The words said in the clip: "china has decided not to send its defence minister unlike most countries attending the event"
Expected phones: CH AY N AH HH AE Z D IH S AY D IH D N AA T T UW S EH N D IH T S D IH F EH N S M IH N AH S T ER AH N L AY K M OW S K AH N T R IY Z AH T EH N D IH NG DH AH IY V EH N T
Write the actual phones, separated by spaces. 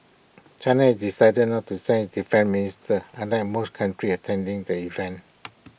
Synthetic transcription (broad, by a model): CH AY N AH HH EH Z D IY S AY D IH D N AA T T UW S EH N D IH F EH N M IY N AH S T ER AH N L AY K M OW S K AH N T R IY AH T EH N D IH NG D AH IY V EH N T